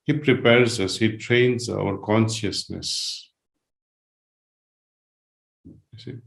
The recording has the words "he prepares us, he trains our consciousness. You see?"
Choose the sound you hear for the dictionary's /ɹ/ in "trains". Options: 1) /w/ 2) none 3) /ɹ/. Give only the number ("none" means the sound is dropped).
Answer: 3